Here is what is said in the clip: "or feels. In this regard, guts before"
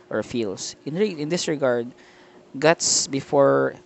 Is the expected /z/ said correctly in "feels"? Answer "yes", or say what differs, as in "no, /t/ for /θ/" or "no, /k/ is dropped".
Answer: no, /s/ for /z/